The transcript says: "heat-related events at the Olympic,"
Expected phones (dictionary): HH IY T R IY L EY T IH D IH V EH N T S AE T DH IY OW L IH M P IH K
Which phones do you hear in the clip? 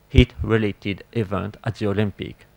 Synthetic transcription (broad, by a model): HH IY T R IY L EY T IH D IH V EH N T AE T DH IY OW L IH M P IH K